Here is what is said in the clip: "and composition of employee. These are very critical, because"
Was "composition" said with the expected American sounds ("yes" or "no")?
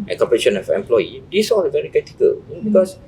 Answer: no